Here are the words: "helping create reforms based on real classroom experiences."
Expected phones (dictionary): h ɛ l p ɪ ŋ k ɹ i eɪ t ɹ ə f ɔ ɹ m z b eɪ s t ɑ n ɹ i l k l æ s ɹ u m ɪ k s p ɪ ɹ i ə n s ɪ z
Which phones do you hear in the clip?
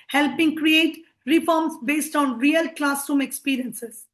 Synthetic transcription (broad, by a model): h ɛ l p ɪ ŋ k ɹ i eɪ t ɹ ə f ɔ ɹ m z b eɪ s t ɑ n ɹ i l k l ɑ s u m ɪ k s p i ɹ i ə n s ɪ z